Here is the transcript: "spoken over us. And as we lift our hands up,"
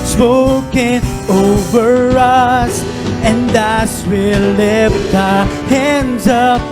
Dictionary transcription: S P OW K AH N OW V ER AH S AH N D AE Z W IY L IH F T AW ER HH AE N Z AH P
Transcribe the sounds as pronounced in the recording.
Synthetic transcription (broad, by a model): S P OW K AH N OW V ER AH S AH N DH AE S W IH L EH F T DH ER HH AE N Z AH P